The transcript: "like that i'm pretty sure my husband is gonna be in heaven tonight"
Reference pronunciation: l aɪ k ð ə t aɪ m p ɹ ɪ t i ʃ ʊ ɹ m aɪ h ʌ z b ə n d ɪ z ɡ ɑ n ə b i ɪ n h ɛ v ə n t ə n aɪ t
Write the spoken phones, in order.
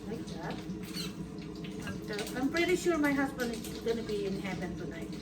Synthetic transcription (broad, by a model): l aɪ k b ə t aɪ m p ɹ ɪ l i ʃ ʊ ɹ m aɪ h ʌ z b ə n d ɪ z ɡ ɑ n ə b i ɪ n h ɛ p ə n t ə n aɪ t